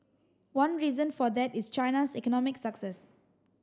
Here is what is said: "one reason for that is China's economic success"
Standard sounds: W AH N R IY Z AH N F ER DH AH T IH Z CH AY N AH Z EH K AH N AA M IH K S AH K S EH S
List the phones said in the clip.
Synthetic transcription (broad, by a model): W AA N R IY Z AH N F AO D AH T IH S CH AY N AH S EH K AH N AA M IH K S AH K S EH S